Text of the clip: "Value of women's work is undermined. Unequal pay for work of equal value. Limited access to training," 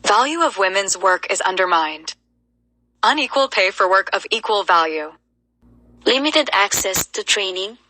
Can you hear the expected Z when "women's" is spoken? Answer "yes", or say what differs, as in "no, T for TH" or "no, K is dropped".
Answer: yes